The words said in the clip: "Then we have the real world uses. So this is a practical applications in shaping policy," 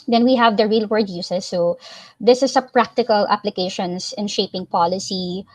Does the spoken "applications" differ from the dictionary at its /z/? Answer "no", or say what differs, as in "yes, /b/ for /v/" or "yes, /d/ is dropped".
yes, /s/ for /z/